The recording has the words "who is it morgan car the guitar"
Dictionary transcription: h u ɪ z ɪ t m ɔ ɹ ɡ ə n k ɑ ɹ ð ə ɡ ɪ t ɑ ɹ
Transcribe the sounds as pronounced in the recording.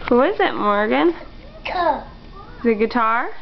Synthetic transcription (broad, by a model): h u ɪ z ɪ t m ɔ ɹ ɡ ə n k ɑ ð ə ɡ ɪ t ɑ ɹ